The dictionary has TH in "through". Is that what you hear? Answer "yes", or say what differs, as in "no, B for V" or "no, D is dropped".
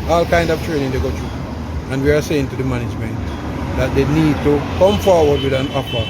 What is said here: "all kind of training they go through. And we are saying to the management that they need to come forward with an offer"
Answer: no, T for TH